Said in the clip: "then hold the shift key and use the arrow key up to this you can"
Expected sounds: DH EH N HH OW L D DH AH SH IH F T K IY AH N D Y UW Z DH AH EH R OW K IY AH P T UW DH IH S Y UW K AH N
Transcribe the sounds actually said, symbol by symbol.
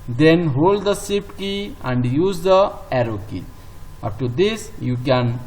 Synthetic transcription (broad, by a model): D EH N HH OW L D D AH S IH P K IY AH N D Y UW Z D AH EH R OW K IY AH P T UW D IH S Y UW K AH N